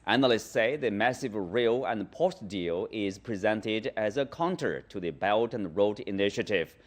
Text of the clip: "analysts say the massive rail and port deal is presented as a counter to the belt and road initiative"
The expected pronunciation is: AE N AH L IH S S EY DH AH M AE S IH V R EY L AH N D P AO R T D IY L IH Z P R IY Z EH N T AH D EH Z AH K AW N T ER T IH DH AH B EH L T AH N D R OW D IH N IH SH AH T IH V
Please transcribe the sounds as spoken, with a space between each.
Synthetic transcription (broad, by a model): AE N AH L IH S S EY DH AH M AE S IH V R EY L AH N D P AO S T D IY L IH Z P R IY Z EH N T AH D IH Z AH K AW N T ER T IH DH AH B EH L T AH N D R OW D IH N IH SH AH T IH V